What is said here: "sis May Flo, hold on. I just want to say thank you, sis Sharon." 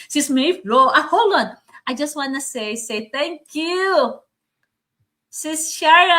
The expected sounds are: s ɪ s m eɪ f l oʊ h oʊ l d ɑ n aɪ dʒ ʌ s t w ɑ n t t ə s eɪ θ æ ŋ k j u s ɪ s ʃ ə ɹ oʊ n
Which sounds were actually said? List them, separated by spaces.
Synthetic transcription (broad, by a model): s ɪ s m eɪ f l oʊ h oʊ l ɑ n aɪ dʒ ʌ s t w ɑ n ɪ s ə s eɪ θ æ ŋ k j u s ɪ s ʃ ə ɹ